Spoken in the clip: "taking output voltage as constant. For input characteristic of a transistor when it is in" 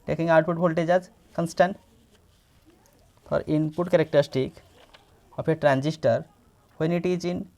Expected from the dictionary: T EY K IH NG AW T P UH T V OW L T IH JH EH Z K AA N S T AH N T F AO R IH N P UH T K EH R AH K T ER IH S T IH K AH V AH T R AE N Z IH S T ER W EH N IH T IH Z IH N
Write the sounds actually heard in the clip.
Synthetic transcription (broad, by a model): T EY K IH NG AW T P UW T P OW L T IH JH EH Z K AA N S T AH N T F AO R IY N P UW T K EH R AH K T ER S T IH K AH P AH T R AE N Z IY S T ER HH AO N IH T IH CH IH N